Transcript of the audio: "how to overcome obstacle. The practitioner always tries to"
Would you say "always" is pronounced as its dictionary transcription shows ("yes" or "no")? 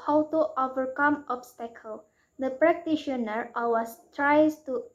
no